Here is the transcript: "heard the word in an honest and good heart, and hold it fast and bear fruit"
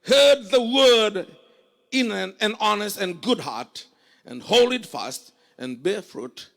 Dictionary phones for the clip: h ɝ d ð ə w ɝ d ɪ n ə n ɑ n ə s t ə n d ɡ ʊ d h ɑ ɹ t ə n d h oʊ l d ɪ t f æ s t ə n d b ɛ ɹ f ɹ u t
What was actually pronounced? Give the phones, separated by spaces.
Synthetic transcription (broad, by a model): h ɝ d ð ə w ɝ d ɪ n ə n ɑ n ə s t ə n ɡ ʊ d h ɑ ɹ t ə n h oʊ l ɪ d f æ s t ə n b ɛ ɹ f ɹ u t